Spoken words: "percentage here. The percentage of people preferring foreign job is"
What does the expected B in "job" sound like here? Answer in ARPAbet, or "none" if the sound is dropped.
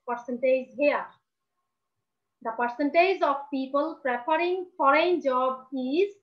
B